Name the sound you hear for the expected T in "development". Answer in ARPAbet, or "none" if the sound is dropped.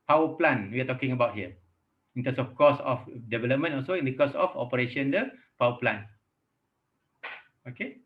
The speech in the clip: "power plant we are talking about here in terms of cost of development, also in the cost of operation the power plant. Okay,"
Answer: none